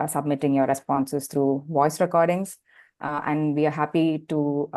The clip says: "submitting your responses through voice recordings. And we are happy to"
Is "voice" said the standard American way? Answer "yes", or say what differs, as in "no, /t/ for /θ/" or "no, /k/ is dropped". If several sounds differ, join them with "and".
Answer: yes